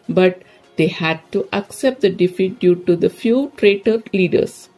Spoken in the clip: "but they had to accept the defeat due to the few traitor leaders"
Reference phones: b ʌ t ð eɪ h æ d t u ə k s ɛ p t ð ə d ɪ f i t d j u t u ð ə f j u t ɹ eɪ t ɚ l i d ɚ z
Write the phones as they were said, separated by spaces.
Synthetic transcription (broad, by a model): b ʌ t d eɪ h æ d t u ə k s ɛ p t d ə d ɪ f i t d j u t u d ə f j u t ɹ eɪ t ɚ l i d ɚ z